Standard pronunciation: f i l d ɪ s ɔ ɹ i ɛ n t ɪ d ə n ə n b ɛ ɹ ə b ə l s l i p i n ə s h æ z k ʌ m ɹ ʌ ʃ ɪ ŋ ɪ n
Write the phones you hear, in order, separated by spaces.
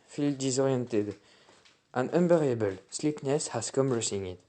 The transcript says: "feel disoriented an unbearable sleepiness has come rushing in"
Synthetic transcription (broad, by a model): f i l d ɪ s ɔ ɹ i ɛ n t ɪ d ə n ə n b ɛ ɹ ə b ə l s l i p n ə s h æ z k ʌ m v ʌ s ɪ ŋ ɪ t